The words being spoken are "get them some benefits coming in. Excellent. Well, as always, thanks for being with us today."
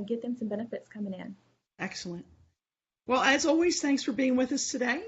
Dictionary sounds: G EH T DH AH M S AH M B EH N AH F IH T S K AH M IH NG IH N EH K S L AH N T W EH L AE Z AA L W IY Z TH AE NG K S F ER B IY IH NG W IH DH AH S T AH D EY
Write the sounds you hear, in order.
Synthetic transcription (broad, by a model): G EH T DH AH M S AH M B EH N AH F IH T S K AH M IH NG IH N EH K S L AH N T W EH L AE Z AA L W IY Z TH AE NG K S F ER B IY IH NG W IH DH AH S T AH D EY